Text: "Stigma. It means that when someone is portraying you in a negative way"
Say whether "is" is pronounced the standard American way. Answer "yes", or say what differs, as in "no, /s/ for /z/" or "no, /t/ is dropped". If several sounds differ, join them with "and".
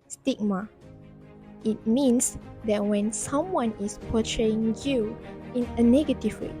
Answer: no, /s/ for /z/